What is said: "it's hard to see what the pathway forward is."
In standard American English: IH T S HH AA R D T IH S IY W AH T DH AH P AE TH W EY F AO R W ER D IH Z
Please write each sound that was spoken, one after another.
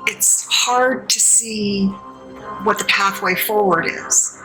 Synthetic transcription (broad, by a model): IH T S HH AA R D T IH S IY W AH T DH AH P AE TH W EY F AO R W ER D IH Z